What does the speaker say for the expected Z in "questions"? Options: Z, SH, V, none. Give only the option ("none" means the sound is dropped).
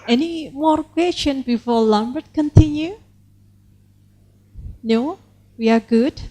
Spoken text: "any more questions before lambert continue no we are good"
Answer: none